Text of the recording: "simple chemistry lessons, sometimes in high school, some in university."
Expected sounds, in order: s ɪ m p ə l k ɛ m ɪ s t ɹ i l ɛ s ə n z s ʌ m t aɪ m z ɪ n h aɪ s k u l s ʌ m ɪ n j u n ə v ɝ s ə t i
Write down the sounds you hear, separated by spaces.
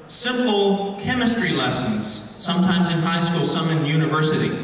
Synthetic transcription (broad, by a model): s ɪ m p l k ɛ m ɪ s t ɹ i l ɛ s ə n z s ʌ m t aɪ m z ɪ n h aɪ s k u l s ʌ m ɪ n j u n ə v ɝ s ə t i